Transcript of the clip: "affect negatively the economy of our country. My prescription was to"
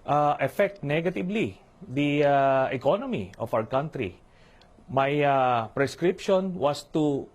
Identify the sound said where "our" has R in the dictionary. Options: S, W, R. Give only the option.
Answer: W